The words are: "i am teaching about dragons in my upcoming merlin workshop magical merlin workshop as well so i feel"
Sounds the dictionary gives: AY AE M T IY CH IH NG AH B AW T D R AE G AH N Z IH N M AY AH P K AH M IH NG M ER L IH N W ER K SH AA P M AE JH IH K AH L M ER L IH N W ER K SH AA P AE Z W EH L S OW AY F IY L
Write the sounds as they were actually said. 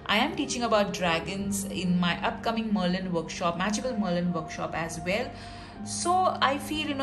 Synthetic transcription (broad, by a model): AY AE M T IY CH IH NG AH B AW T D R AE G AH N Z IH N M AY AH P K AH M IH NG M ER L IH N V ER K SH AA P M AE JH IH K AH L M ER L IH N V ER K SH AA P AE Z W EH L S OW AY F IY L